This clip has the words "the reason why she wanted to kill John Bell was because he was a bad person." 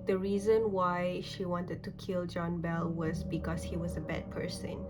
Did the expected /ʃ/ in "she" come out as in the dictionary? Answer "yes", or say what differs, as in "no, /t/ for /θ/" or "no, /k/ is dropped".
yes